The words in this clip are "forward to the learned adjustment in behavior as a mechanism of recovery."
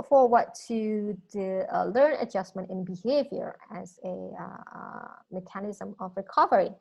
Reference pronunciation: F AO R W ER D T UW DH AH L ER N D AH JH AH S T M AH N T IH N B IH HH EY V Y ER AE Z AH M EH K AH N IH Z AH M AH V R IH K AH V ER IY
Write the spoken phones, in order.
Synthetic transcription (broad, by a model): F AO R W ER T UW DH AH L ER N AH JH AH S M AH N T IH N B IH HH EY V Y ER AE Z AH M EH K AH N IH Z AH M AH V R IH K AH V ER IY